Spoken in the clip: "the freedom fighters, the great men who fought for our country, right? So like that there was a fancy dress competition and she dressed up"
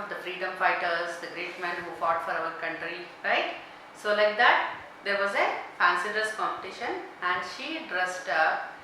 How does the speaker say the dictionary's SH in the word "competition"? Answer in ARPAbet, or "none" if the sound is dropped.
SH